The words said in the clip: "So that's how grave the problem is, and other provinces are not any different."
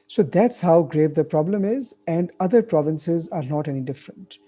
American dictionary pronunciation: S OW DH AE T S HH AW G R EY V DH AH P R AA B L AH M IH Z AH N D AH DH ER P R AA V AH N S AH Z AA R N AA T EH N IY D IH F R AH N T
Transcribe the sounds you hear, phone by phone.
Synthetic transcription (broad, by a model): S OW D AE T S HH AW G R EY V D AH P R AA B L AH M IH Z AH N D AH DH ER P R AA V AH N S AH Z AA R N AA T EH N IY D IH F R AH N T